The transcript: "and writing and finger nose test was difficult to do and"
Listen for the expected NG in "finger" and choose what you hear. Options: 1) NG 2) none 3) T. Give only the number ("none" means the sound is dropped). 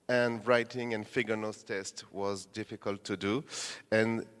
2